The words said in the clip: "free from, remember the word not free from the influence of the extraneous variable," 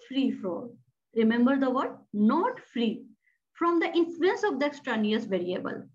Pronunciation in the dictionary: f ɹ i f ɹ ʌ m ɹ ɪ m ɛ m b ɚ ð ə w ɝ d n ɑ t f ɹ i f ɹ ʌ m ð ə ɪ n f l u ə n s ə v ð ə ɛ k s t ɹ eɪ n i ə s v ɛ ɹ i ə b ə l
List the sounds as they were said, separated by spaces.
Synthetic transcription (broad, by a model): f ɹ i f ɹ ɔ ɹ ɪ m ɛ m b ɚ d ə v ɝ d n ɑ t f ɹ i f ɹ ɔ m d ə ɪ n f l u ə n s ə v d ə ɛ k s t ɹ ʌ n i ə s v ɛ ɹ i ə b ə l